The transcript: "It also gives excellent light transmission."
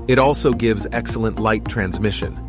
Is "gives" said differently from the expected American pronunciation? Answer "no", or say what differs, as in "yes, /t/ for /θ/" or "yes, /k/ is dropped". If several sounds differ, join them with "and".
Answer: no